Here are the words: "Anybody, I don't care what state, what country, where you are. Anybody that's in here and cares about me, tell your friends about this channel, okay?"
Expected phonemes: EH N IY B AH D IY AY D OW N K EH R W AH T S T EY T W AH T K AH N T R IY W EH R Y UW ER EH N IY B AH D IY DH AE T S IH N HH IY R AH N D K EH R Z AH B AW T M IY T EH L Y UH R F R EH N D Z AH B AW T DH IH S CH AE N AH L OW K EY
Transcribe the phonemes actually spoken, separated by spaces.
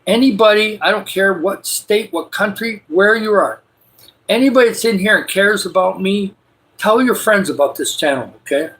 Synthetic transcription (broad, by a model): EH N IY B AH D IY AY D OW N K EH R W AH T S T EY T W AH T K AH N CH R IY W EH R Y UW ER EH N IY B AH D IY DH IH T S IH N HH IY R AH N K EH R Z AH B AW T M IY T EH L Y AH R F R EH N D Z AH B AW T DH IH S CH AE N L OW K EY